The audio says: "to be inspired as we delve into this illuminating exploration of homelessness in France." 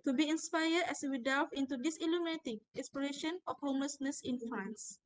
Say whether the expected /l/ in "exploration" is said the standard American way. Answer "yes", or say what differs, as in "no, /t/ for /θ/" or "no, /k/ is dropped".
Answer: no, /l/ is dropped